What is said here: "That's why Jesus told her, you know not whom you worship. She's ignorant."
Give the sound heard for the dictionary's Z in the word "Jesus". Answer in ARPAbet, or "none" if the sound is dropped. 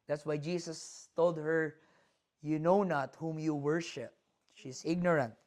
S